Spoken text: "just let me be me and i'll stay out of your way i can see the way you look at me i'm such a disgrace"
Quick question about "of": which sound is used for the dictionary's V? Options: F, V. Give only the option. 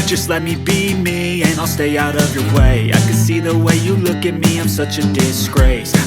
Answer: V